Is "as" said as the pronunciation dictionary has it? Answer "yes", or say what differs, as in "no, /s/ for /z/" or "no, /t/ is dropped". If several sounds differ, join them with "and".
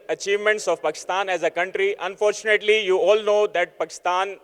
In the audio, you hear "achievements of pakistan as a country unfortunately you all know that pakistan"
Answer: yes